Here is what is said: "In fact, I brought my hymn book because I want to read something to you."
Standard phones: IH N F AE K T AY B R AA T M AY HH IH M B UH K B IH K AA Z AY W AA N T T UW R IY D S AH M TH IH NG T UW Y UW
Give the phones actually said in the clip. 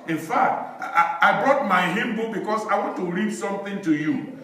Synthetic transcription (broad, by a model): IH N F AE K T AY B R AA T M AY HH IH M B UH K B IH K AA S AY W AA N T T UW R IY D S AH M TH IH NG T UW Y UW